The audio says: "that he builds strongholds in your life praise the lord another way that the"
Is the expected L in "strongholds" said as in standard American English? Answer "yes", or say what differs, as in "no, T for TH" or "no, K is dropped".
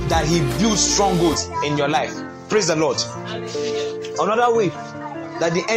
no, L is dropped